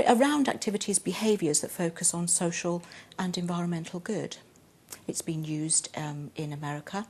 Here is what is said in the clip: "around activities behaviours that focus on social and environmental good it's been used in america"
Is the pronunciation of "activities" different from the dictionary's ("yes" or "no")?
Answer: no